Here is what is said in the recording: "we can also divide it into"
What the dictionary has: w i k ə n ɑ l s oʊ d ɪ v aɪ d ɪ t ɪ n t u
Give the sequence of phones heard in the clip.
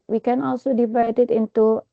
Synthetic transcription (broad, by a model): w i k ə n ɑ l s oʊ d ɪ v aɪ d ɪ t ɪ n t u